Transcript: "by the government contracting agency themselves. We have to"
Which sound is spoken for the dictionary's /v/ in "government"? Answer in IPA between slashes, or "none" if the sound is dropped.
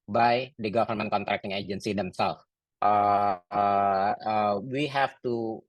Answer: /f/